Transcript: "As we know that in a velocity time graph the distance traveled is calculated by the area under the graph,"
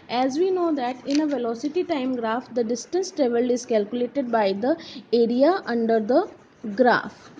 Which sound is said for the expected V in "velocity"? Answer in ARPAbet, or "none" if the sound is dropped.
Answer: V